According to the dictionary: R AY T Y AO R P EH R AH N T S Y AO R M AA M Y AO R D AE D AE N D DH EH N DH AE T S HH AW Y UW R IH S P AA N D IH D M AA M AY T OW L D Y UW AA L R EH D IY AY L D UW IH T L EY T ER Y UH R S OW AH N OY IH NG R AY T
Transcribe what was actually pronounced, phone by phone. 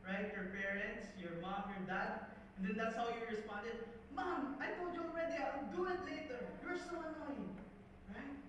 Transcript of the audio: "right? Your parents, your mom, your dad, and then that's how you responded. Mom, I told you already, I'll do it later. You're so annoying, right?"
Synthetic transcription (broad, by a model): R AY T Y AO R P EH R AH N T S Y AO R M AA M Y AO R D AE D N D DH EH N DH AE T S HH AW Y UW R IH S P AA N D IH D M AA M AY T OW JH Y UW AA L R EH D IY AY D UW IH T L EY T ER Y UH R S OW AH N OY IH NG R AY T